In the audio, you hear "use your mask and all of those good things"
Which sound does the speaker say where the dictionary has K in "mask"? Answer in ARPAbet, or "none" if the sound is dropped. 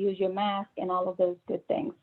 K